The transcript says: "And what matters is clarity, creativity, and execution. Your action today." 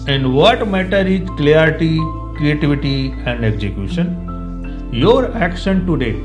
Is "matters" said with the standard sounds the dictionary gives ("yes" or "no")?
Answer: no